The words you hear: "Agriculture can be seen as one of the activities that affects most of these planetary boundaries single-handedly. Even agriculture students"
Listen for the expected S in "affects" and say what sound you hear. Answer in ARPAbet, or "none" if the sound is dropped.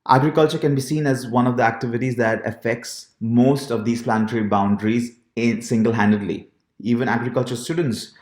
S